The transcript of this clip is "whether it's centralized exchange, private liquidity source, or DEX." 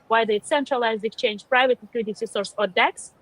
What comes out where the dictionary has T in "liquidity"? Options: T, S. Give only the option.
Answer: S